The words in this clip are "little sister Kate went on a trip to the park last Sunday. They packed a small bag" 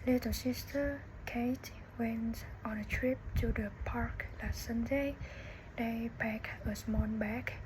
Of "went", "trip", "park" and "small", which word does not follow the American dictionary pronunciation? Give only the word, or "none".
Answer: small